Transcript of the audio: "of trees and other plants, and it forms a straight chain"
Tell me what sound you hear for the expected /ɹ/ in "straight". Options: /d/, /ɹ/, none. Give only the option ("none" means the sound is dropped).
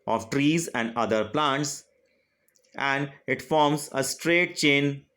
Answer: /ɹ/